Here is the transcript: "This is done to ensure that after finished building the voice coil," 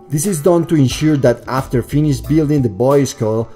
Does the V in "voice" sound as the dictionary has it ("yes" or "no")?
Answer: no